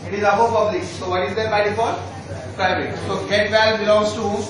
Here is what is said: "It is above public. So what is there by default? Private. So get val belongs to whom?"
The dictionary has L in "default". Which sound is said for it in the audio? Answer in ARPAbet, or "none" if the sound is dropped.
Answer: none